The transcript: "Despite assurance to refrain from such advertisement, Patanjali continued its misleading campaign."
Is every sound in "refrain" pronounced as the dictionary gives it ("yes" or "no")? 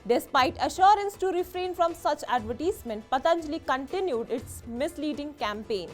yes